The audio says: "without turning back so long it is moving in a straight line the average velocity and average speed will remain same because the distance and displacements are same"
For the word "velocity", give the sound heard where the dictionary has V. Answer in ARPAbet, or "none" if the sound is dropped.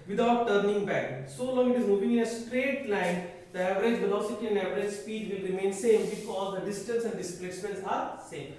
B